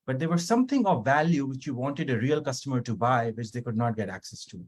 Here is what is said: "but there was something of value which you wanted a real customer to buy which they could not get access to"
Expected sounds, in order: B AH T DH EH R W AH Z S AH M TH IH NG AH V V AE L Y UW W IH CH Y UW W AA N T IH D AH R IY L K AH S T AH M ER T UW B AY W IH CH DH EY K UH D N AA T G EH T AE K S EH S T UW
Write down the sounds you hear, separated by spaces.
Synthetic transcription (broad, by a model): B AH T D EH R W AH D S AH M T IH NG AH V V AE L Y UW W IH CH Y UW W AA N T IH D AH R IY L K AH S T AH M ER T UW B AY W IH CH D EY K UH D N AA T G EH T AE K S EH S T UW